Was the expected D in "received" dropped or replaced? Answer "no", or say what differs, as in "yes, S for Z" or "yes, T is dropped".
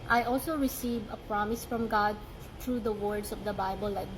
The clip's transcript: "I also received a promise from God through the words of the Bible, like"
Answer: yes, D is dropped